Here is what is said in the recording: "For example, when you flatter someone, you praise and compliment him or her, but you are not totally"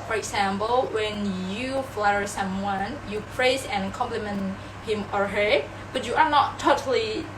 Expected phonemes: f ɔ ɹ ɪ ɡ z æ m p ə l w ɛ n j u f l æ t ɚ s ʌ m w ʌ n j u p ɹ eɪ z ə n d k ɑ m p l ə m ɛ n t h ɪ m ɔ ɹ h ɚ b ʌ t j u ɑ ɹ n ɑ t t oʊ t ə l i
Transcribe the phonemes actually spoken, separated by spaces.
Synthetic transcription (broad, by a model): f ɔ ɹ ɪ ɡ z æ m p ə l w ɛ n j u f l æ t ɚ s ʌ m w ʌ n j u p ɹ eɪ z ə n k ɑ m p l ə m ɛ n t h ɪ m ɔ ɹ h ɚ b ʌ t j u ɑ ɹ n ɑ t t oʊ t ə l i